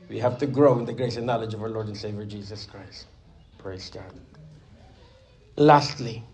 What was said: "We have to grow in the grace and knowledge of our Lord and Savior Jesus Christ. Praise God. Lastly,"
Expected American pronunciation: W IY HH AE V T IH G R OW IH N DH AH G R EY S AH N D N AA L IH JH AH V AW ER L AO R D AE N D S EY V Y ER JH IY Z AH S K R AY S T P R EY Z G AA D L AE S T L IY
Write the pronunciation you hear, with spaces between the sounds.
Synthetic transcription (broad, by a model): W IY HH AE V T IH G R OW IH N DH AH G R EY S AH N N AA L IH JH AH V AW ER L AO R D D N S EY V Y ER JH IY Z AH S K R AY S T P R EY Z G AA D L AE S T L IY